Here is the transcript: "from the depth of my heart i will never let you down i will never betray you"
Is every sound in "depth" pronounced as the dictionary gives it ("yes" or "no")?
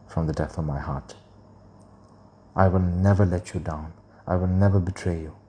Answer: no